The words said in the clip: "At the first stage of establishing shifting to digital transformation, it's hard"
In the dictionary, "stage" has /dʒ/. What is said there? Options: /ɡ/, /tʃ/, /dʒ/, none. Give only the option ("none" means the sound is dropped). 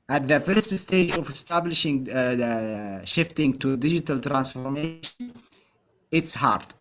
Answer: /dʒ/